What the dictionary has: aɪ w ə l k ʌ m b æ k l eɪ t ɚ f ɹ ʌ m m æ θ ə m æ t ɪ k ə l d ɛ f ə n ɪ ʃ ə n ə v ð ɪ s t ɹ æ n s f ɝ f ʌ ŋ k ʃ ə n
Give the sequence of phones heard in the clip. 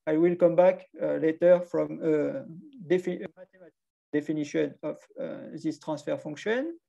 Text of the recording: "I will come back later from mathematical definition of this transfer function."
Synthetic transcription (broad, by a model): aɪ w ə l k ʌ m b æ k l eɪ t ɚ f ɹ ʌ m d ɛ f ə m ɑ t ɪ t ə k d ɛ f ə n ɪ ʃ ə n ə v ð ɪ s t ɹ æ s f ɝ f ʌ ŋ k ʃ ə n